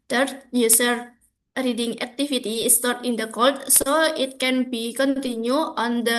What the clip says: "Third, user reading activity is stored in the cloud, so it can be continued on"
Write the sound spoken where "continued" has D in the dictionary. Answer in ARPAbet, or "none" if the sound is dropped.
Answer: none